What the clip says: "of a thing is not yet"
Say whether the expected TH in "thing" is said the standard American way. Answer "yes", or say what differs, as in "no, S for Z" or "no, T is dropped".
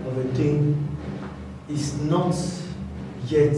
no, T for TH